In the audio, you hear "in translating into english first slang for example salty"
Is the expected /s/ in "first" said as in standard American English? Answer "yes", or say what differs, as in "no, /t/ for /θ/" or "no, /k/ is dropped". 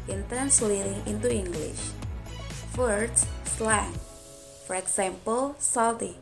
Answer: no, /s/ is dropped